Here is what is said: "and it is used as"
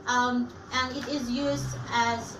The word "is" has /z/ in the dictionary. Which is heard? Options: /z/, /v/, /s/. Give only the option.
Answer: /z/